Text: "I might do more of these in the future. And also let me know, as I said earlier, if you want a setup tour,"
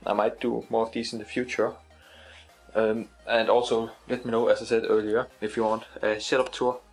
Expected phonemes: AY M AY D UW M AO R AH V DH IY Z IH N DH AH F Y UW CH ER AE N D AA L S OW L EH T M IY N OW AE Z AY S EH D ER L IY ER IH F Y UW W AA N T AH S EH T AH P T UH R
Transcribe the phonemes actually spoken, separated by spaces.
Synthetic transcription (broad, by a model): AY M AY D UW M AO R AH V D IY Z IH N DH AH F Y UW CH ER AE N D AA L S OW L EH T M IY N OW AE S AY S EH D ER L IY ER IH F Y UW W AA N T AH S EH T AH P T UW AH